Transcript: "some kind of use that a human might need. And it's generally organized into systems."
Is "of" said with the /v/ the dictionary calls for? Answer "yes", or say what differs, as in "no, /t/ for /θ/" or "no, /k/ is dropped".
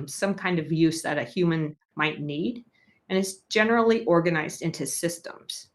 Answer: yes